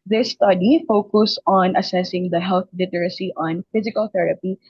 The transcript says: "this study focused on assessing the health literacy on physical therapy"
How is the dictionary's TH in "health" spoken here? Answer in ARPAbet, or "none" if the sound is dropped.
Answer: T